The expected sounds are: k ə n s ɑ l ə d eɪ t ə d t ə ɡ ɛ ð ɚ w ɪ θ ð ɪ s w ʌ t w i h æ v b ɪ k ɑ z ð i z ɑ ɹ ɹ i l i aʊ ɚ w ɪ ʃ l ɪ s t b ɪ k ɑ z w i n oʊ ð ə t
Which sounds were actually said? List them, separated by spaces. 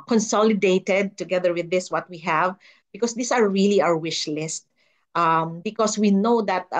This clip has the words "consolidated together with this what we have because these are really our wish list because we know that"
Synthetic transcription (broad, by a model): k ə n s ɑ l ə d eɪ t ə d t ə ɡ ɛ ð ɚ w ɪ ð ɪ s w ʌ t w i h æ v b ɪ k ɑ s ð i s ɑ ɹ ɹ i l i aʊ ɚ w ɪ ʃ l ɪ s t b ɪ k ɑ s w i n oʊ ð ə t